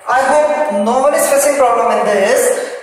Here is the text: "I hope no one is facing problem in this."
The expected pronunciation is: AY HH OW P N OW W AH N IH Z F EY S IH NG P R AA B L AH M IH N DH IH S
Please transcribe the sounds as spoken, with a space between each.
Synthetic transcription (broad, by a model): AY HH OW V N OW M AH L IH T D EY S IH NG P R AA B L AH M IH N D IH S